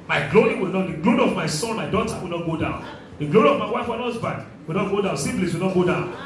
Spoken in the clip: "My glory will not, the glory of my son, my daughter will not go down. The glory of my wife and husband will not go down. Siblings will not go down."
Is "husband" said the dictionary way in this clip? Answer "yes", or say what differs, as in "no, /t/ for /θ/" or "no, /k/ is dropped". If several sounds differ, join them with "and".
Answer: no, /n/ is dropped